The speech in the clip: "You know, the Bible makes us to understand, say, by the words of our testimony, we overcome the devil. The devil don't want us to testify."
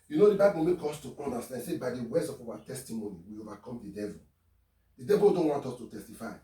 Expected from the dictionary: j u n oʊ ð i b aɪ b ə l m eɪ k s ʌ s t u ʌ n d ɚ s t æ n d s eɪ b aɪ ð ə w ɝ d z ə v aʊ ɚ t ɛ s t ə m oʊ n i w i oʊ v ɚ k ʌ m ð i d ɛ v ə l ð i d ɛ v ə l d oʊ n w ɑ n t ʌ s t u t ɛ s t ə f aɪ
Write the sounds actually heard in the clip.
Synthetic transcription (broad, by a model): j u n oʊ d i b aɪ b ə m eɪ k ɔ s t u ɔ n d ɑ s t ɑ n s eɪ b aɪ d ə w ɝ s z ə f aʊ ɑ t ɛ s t ə m oʊ n i w i oʊ v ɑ k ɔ m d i d ɛ v ə l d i d ɛ v ə l d oʊ n w ɑ n t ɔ s t u t ɛ s t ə f aɪ